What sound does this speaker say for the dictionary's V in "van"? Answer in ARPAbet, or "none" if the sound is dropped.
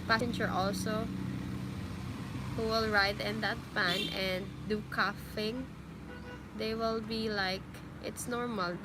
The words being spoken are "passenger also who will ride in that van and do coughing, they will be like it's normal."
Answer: F